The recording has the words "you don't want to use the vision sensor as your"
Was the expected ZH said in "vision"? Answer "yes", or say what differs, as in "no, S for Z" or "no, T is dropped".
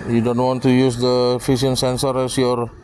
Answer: no, S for ZH